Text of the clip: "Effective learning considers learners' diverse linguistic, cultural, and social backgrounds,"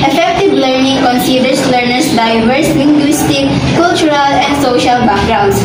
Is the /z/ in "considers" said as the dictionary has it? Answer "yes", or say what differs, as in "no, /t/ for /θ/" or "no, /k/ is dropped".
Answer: no, /s/ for /z/